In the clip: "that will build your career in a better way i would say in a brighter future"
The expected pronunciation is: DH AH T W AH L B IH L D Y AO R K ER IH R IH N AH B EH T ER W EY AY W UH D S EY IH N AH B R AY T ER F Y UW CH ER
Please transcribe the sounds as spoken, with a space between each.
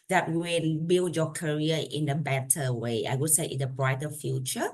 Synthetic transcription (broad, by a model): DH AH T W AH N B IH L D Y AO K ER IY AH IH N AH B EH T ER W EY AY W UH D S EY IH N AH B R AY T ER F Y UW CH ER